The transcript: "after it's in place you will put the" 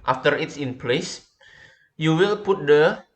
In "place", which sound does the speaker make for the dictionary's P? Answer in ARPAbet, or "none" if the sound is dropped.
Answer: P